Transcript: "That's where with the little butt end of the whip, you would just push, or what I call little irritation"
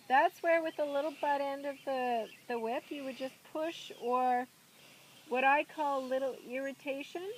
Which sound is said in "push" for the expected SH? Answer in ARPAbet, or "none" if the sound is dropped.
SH